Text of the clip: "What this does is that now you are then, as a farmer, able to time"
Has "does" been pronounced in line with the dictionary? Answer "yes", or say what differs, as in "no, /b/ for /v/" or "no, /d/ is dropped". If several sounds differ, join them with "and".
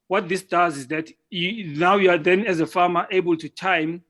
yes